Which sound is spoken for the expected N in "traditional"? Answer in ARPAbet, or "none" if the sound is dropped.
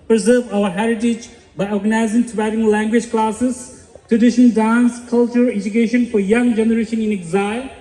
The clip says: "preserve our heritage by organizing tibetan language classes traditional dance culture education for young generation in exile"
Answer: none